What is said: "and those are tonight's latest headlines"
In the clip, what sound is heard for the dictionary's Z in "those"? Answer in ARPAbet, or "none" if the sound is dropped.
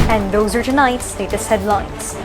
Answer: Z